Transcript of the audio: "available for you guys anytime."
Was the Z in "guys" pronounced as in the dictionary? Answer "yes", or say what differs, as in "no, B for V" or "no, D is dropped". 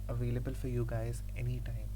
yes